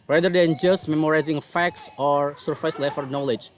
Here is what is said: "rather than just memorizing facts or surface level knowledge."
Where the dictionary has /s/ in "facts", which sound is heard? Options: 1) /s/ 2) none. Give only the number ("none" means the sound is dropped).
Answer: 1